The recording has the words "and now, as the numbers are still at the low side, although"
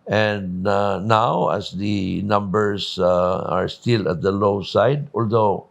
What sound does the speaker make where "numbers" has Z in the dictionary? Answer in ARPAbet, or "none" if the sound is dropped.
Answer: S